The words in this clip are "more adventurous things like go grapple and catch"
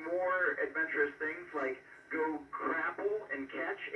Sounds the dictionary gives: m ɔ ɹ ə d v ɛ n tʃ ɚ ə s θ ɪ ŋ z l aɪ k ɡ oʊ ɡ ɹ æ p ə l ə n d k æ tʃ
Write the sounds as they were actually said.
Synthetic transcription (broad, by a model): m ɔ ɹ ə d v ɛ n tʃ ɚ ə s θ ɪ ŋ z l aɪ k ɡ oʊ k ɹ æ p l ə n k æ tʃ